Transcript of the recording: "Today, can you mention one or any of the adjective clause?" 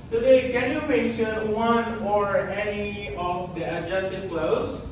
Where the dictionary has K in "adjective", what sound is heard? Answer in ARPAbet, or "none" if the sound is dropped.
none